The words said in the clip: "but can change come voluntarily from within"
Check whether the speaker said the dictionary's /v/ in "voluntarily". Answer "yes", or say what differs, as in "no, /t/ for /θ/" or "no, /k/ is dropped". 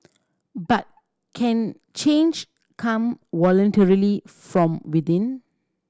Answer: no, /w/ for /v/